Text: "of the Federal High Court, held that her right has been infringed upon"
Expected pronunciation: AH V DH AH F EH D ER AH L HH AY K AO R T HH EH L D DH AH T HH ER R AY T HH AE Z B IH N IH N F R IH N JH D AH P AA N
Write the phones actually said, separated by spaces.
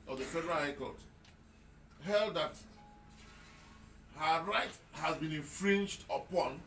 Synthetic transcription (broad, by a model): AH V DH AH F EH D ER AH L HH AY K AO L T HH EH L D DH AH T HH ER R AY T HH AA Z B IH N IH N F R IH N JH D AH P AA N